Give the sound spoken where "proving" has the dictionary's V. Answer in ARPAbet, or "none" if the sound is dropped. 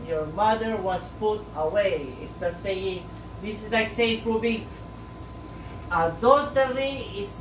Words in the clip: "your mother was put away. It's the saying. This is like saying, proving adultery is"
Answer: B